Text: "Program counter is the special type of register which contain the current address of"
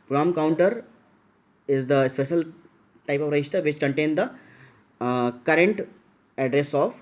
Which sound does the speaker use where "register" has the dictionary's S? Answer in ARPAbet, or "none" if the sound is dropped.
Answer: SH